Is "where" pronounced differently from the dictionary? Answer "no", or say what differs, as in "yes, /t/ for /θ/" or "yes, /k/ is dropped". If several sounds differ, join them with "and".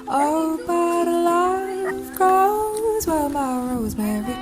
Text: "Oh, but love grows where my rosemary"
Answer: yes, /l/ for /ɹ/